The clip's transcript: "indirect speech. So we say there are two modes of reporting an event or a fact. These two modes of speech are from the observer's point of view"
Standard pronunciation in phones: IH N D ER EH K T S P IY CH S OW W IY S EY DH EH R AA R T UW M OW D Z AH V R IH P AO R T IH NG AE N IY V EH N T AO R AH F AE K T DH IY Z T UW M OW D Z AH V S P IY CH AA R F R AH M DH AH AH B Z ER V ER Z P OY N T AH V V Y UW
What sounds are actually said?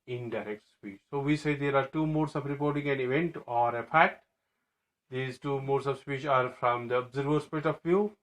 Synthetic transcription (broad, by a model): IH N D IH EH K T S P IY CH S OW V IY S EY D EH R AA R T UW M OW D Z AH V R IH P AO R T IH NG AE N IY V EH N T AO R AH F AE T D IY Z T UW M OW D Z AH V S P IY CH AA R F R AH M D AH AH B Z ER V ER S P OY T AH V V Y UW